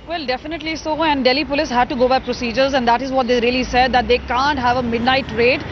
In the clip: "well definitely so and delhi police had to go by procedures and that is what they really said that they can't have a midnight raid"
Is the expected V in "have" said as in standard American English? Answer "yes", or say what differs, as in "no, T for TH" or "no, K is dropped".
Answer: yes